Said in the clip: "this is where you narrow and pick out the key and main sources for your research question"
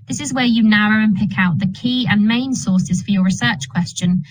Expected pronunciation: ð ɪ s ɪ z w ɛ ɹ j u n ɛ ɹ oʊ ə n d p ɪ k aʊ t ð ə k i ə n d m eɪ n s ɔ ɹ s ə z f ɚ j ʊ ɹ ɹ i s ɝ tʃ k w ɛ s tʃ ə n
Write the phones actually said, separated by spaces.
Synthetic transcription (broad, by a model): ð ɪ s ɪ z w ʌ j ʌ n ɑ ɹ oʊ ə n p ɪ k aʊ t ð ə k i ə n m eɪ n s ɔ s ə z f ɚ j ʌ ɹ ɹ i s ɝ tʃ k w ɛ s tʃ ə n